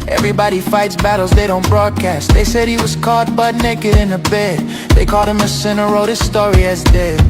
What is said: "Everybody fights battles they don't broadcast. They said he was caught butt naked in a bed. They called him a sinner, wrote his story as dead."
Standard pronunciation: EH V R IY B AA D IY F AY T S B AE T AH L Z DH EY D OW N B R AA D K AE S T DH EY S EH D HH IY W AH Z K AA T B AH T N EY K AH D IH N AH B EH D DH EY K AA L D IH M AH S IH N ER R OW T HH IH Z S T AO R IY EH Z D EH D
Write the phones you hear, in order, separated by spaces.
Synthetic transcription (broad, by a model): EH V R IY B AA D IY F AY T S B AE T L Z DH EY D OW N B R AA D K AE S T DH EY S EH D HH IY W AH Z K AA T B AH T N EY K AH D IH N AH B EH D DH EY K AA L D IH M AH S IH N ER R OW T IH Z S T AO R IY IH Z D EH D